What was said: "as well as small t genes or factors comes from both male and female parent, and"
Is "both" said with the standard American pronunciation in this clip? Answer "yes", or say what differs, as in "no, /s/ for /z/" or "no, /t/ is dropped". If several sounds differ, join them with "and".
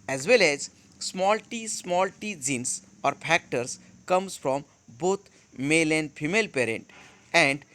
no, /t/ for /θ/